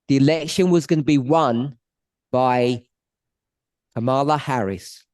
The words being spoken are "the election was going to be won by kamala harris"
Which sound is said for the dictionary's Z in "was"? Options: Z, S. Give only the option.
Z